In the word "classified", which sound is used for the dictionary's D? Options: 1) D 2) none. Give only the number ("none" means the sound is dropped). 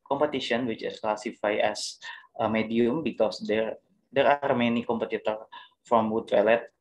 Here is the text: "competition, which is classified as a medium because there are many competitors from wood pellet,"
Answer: 2